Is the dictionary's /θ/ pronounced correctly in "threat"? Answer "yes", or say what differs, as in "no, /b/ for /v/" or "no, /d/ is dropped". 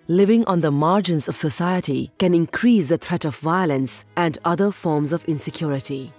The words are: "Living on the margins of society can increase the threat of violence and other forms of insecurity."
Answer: no, /t/ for /θ/